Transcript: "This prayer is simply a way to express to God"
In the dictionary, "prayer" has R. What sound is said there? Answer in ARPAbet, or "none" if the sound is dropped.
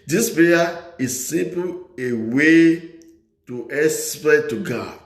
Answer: none